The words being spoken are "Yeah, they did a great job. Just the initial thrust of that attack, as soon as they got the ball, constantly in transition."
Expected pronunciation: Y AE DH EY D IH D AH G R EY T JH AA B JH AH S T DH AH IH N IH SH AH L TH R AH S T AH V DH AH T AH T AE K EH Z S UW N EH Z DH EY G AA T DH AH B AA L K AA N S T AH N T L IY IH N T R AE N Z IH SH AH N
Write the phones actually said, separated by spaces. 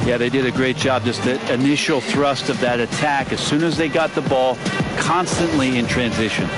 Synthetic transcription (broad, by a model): Y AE DH EY D IH D AH G R EY T JH AA B JH AH S T DH AH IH N IH SH L TH R AH S T AH V DH AH T AH T AE K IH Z S UW N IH Z DH EY G AA T DH AH B AA L K AA N S T AH N T L IY IH N T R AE N Z IH SH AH N